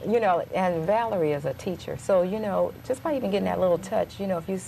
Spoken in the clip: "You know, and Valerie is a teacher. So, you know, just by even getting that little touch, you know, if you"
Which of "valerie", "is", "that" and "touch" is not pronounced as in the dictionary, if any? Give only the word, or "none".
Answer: none